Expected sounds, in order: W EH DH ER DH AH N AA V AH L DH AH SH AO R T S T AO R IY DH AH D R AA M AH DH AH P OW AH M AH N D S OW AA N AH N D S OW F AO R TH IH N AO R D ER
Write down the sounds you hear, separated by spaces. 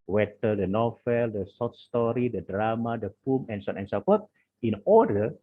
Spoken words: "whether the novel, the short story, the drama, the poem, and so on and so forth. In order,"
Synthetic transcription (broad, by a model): W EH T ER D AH N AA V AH L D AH S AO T S T AO R IY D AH D R AA M AH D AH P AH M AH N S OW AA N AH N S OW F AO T IH N AO D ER